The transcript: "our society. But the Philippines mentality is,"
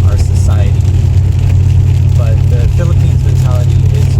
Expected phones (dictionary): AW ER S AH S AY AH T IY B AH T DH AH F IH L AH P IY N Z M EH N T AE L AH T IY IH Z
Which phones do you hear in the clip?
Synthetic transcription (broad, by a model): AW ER S AH S AY AH T IY B AH T DH AH F IH L AH P IY N Z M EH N T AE L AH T IY IH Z